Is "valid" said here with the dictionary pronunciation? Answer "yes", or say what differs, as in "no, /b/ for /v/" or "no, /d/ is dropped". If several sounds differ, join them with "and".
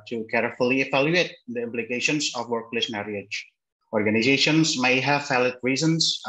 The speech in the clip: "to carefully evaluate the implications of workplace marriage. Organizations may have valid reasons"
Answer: no, /f/ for /v/